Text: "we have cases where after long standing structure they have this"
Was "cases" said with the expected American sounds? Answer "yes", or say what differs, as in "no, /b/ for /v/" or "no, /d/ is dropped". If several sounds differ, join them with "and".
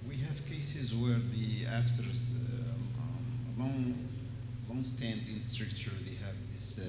yes